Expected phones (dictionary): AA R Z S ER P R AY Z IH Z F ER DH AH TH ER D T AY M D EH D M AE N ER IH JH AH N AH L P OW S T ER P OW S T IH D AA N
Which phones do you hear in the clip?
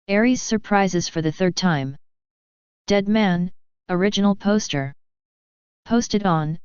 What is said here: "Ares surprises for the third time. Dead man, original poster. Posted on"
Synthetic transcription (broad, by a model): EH R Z S ER P R AY Z IH Z F ER DH AH TH ER D T AY M D EH D M AE N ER IH JH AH N L P OW S T ER P OW S T IH D N